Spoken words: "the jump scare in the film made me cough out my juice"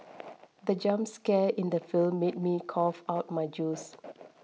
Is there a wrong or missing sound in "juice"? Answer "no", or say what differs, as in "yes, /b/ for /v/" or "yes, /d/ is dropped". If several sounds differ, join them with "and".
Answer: no